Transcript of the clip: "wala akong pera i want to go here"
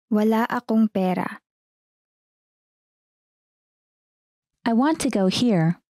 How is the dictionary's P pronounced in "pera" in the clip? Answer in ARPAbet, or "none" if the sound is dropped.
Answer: P